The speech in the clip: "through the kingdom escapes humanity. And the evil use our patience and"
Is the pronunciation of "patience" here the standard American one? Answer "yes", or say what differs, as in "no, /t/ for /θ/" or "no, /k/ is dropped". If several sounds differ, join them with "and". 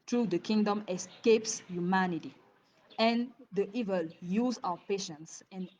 yes